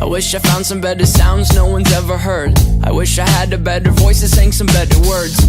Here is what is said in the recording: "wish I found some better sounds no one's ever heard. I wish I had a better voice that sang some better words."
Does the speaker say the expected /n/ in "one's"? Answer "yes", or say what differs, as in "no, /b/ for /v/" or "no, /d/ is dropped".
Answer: yes